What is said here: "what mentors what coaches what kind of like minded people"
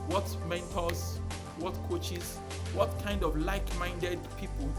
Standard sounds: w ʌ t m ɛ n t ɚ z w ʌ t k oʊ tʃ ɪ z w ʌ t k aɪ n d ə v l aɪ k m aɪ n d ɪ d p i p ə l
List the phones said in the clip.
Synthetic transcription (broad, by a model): w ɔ t m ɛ n t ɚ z w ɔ t k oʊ tʃ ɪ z w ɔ t k aɪ n d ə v l aɪ k m aɪ n d ɪ d p i p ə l